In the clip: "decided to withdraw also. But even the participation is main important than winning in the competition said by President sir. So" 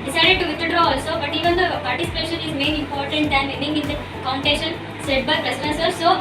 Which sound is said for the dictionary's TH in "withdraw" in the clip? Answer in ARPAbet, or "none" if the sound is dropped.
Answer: T